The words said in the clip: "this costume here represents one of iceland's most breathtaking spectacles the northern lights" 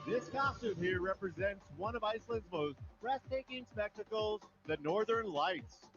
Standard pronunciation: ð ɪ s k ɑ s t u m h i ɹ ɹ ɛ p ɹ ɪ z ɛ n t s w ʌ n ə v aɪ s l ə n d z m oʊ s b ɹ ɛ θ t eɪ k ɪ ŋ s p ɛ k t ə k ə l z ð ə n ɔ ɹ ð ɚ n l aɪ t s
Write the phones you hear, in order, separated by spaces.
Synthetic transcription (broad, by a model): ð ɪ s k ɑ s t u m h i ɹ ɹ ɛ p ɹ ɪ z ɛ n t s w ʌ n ə v aɪ s l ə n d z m oʊ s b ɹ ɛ s t eɪ k ɪ ŋ s p ɛ k t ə k l z ð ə n ɔ ɹ ð ɚ n l aɪ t s